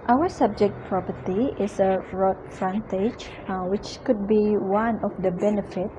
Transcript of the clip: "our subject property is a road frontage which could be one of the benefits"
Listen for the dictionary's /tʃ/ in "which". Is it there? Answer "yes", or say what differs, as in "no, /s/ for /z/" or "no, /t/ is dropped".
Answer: yes